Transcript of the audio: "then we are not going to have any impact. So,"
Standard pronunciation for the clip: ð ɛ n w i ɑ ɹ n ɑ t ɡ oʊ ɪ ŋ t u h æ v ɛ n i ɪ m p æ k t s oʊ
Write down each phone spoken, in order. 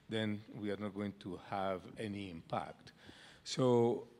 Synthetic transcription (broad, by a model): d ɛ n w i ɑ ɹ n ɑ t ɡ oʊ ɪ ŋ t u h æ v ɛ n i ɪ m p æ k t s oʊ